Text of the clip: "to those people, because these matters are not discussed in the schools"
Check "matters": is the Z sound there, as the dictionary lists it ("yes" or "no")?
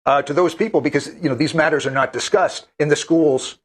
yes